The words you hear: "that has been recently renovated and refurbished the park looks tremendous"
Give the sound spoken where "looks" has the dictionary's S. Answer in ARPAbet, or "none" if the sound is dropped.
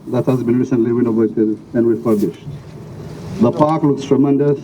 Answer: S